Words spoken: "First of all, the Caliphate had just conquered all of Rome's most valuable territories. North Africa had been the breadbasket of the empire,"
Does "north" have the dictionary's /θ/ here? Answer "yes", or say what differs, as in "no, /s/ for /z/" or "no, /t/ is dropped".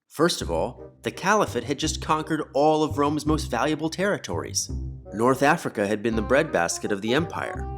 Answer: yes